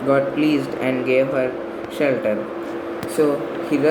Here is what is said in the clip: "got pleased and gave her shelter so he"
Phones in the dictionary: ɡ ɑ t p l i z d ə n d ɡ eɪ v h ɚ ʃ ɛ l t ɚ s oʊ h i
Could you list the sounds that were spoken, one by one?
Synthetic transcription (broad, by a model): ɡ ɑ t p l i z d ə n d ɡ eɪ v h ɚ ʃ ɛ l t ɚ s oʊ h i